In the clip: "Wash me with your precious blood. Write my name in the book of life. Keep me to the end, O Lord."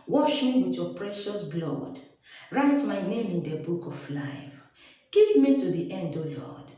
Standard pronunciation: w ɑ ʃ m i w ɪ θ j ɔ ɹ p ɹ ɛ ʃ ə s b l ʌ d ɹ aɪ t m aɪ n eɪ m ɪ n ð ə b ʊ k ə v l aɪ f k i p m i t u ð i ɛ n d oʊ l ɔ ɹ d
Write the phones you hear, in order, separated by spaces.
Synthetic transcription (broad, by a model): w ɑ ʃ m i w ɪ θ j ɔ p ɹ ɛ ʃ ə s b l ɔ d ɹ aɪ t m aɪ n eɪ m ɪ n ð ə b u k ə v l aɪ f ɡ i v m i t u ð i ɛ n d oʊ l ɔ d